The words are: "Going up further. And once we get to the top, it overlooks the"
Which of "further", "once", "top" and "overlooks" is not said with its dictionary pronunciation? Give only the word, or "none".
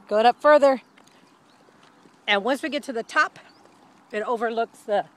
none